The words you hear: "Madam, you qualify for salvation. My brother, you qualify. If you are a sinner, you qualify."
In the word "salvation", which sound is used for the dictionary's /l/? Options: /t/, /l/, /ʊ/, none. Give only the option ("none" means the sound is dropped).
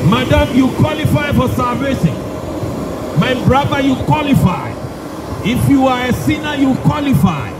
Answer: /l/